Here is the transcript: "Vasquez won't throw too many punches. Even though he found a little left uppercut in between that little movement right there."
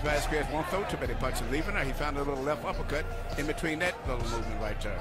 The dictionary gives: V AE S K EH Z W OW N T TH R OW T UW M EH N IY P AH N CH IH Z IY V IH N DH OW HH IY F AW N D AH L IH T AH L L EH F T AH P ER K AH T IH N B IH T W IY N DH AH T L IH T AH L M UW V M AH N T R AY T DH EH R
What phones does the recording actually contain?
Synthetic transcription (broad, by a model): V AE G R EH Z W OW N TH OW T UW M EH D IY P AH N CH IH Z IY V IH N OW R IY F AW N D AH L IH T L L EH F T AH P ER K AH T IH N B IH T W IY N DH AH T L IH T L M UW V M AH N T R AY T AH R